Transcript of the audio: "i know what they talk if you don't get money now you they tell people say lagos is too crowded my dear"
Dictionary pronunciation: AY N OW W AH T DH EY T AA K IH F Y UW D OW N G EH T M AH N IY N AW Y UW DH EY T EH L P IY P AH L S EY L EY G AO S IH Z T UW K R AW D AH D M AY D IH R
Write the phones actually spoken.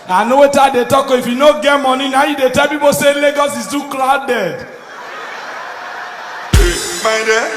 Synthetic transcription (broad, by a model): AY N OW W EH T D EY T AA K IH F Y UW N OW G EH T M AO N IY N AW Y UW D EY T EH L P IY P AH S EY L EY G AO S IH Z T UW K L AW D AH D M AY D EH